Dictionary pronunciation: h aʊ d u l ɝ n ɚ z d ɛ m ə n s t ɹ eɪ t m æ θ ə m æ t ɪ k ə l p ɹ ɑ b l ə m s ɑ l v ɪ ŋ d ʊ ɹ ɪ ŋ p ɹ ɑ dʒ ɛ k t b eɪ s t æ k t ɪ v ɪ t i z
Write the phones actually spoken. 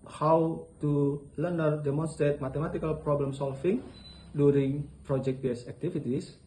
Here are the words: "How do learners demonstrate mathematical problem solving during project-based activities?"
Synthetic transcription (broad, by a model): h aʊ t u l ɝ n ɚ d ɛ m ə n s t ɹ eɪ t m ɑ t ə m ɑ t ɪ k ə l p ɹ ɑ b l ə m s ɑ l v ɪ ŋ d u ɹ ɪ ŋ p ɹ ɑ dʒ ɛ k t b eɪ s æ k t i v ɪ t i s